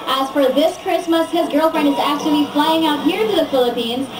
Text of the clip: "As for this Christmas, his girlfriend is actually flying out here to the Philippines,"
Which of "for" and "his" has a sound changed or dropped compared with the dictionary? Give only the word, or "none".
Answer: none